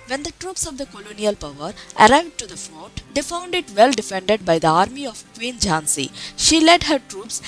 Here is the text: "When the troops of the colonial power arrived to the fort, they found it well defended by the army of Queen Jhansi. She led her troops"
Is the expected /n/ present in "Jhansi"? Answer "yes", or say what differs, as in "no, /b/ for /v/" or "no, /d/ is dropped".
yes